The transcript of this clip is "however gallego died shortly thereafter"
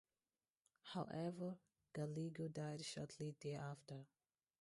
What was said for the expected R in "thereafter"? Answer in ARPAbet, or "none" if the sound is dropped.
none